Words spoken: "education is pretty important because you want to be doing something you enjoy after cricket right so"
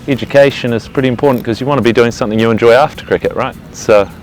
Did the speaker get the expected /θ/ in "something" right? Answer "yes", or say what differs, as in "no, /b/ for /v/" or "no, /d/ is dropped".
yes